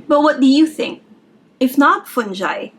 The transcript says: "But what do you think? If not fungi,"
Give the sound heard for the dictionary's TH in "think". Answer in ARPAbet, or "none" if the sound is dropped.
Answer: TH